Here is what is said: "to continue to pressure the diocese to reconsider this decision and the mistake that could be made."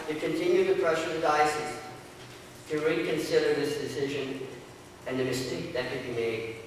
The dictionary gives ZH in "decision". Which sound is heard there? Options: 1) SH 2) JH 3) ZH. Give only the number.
3